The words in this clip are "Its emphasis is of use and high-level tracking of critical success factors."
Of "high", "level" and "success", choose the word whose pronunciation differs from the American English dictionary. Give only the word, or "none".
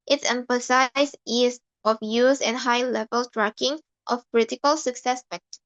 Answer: none